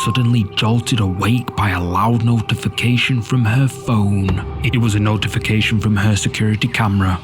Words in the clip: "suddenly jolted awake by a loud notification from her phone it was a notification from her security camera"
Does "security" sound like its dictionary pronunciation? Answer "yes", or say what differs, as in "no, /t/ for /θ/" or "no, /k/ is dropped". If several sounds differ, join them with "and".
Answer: yes